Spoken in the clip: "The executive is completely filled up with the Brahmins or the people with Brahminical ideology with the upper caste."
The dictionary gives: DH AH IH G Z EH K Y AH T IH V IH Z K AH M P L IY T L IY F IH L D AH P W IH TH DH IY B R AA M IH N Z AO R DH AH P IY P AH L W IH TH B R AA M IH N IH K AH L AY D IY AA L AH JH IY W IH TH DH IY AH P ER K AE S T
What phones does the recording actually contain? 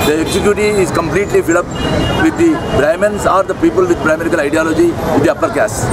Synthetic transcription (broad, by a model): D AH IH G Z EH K Y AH T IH IH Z K AH M P L IY T L IY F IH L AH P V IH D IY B R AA M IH N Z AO R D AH P IY P AH L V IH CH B R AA M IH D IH K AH L AY D IY AA L AH JH IY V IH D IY AH P ER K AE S